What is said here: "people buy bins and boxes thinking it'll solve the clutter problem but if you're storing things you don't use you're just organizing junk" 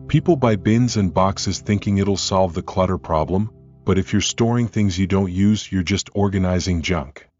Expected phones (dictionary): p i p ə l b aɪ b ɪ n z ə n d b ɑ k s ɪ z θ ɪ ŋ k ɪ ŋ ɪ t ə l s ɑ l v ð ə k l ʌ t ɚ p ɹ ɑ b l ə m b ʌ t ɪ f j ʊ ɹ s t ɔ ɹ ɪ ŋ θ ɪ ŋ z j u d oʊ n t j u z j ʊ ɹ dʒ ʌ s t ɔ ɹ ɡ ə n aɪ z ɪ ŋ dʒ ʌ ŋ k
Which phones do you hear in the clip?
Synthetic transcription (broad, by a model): p i p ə l b aɪ b ɪ n z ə n b ɑ k s ɪ z θ ɪ ŋ k ɪ ŋ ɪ t l s ɑ l v ð ə k l ʌ t ɚ p ɹ ɑ b l ə m b ʌ t ɪ f j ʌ ɹ s t ɔ ɹ ɪ ŋ θ ɪ ŋ z j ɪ d oʊ n t j u z j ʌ ɹ dʒ ʌ s t ɔ ɹ ɡ ə n aɪ z ɪ ŋ dʒ ʌ ŋ k